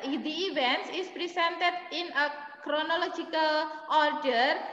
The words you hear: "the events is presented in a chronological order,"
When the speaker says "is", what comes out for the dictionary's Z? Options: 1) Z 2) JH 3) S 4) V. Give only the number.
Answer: 3